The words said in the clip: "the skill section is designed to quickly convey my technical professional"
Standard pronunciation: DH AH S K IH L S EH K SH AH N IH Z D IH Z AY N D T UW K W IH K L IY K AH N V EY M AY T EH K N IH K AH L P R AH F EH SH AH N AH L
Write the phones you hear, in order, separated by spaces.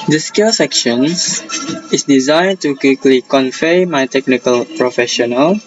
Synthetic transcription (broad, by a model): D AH S K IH L S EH K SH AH N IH S D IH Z AY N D T UW K W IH K L IY K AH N F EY M AY T EH K N IH K AH L P R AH F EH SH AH N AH L